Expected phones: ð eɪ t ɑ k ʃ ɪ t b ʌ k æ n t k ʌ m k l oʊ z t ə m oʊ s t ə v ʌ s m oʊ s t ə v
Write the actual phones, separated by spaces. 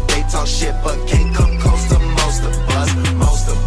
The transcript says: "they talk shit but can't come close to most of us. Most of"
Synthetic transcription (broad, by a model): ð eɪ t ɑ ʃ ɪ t b ʌ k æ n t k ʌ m k oʊ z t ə m oʊ s t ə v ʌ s m oʊ s t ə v